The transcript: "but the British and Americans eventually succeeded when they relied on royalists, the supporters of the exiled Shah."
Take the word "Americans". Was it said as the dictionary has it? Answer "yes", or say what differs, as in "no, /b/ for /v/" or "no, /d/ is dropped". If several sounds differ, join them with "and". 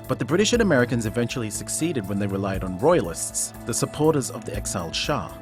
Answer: yes